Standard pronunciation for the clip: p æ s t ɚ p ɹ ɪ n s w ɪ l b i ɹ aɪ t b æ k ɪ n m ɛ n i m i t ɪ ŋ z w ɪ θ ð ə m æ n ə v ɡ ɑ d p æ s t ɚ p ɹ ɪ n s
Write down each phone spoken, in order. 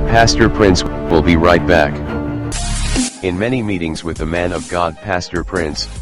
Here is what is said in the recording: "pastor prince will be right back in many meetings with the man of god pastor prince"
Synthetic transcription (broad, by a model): p æ s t ɚ p ɹ ɪ n s w ɪ l b i ɹ aɪ t b æ k ɪ n m ɛ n i m i t ɪ ŋ z w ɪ ð ə m æ n ə v ɡ ɑ d p æ s t ɚ p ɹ ɪ n s